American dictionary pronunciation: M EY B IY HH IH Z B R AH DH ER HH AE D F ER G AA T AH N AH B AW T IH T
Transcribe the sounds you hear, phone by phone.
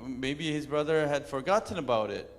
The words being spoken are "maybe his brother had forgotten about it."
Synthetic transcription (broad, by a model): M EY B IY HH IH Z B R AH DH ER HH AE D F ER G AA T N AH B AW T IH T